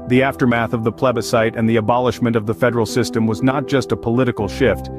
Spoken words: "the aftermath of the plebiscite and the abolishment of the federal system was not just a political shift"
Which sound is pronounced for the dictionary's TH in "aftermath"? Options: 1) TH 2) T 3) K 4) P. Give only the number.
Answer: 1